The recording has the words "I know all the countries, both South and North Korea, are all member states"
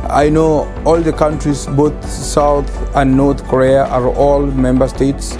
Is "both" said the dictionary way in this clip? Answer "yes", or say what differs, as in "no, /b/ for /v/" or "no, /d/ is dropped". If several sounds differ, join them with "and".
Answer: no, /t/ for /θ/